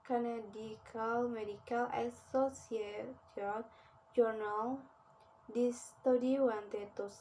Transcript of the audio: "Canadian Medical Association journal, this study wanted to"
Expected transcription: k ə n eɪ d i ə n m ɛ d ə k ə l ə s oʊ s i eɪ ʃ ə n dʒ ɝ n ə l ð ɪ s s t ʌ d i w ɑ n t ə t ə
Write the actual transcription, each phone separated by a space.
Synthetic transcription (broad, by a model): k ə n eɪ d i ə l m ɛ d ə k ə l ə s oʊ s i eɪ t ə l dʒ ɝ n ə l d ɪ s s t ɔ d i w ɑ n t ə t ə